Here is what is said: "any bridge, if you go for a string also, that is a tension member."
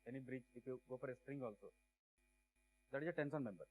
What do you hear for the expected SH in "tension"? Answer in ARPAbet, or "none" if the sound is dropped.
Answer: S